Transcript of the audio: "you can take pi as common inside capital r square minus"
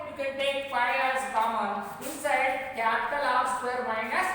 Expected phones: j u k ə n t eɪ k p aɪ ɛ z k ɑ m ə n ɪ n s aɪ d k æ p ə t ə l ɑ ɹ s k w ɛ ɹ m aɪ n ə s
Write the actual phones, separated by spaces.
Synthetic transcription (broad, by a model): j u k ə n t eɪ k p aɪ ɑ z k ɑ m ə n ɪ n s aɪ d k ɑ ə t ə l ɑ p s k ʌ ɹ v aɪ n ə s